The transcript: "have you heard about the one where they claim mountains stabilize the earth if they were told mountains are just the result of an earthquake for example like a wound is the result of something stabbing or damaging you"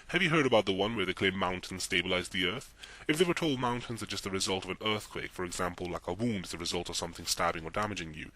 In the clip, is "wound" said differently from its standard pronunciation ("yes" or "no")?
no